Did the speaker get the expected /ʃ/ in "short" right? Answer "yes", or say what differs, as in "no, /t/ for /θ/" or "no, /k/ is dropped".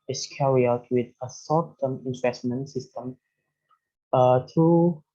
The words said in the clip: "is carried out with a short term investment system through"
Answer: no, /s/ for /ʃ/